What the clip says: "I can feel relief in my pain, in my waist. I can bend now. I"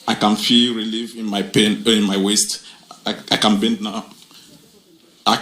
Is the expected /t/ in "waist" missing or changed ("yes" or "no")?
no